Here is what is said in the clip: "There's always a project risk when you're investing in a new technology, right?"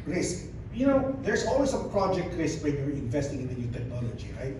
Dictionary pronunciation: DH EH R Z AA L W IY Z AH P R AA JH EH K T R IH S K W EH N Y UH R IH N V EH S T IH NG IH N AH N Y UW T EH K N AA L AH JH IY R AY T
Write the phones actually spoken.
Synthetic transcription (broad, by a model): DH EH R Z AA L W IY S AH P R AA JH EH K T R IH S K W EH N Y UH R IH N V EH S T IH NG IH N AH N Y UW T EH K N AA L AH JH IY R AY T